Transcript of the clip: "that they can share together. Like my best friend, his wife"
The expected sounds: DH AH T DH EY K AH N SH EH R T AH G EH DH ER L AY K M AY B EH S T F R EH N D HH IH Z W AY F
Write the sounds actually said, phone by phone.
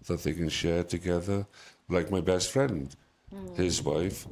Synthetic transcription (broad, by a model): DH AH T DH EY K AH N SH EH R T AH G EH DH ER L AY K M AY B EH S T F R EH N D HH IH Z W AY F